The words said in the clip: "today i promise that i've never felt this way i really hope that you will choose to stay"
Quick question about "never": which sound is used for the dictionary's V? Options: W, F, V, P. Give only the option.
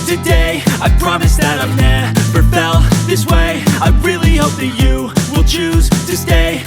P